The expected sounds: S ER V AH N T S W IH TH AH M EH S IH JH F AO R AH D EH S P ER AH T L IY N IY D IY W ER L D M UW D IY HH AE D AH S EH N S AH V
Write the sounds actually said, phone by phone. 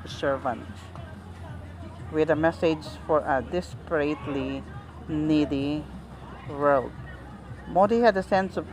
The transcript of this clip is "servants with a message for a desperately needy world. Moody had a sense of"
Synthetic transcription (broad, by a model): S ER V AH N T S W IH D AH M EH S IH JH F AO R AH D EH S P ER AH T L IY N IY D IY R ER D M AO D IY HH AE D AH S EH N S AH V